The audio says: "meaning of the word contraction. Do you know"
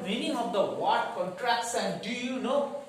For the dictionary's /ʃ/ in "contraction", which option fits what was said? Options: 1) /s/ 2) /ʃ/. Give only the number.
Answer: 1